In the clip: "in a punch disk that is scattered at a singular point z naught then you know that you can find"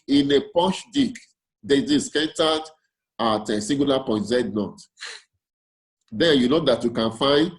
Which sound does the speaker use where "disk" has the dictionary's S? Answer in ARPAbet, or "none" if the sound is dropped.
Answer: none